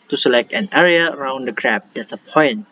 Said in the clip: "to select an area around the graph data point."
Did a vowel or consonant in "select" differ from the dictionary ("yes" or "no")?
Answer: no